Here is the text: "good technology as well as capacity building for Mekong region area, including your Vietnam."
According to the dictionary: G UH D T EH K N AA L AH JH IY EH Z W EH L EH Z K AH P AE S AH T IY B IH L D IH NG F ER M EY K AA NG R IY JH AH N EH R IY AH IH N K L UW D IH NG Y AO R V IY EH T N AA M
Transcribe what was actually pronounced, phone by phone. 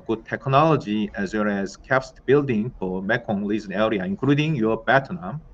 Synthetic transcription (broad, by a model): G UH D T EH K N AA L AH JH IY EH Z W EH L EH Z K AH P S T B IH L D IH NG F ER M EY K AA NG L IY Z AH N EH R IY AH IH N K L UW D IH NG Y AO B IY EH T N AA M